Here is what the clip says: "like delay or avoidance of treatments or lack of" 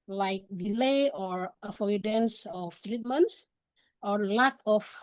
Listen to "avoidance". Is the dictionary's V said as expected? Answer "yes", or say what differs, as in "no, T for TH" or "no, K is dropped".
no, F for V